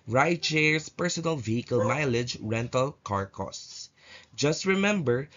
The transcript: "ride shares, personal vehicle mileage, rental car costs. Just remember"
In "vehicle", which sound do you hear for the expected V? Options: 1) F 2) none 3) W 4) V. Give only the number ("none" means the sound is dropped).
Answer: 4